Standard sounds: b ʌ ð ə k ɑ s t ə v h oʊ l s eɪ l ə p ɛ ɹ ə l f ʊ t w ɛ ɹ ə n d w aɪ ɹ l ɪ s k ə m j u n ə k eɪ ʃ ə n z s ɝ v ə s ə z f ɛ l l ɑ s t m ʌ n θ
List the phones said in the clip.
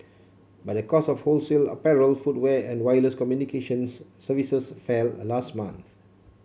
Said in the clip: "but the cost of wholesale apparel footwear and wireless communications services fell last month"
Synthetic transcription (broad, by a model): b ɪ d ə k ɑ s ə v h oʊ l s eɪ l ə p ɛ ɹ ə l f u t w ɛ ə n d w aɪ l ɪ s k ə m j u n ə k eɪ ʃ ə n s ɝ v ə s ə s f ɛ l l ɑ s t m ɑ n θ